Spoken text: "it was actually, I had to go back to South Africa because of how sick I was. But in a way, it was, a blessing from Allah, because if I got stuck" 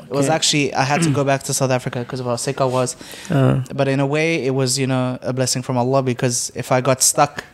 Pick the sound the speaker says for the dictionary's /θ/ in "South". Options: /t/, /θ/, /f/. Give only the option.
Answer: /θ/